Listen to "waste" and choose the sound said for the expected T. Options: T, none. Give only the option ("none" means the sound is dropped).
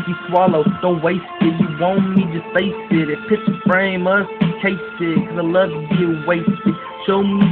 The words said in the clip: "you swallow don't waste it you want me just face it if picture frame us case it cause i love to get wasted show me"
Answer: T